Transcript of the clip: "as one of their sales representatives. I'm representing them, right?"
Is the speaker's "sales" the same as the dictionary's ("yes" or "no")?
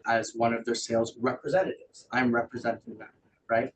yes